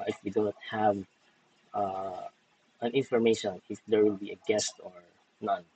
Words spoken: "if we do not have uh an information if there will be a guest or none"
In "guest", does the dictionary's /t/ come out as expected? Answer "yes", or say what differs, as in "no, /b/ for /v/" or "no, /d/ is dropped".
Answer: yes